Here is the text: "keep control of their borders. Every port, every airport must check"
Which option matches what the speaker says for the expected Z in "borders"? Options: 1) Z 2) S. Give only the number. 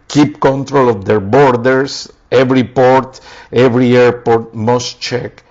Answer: 2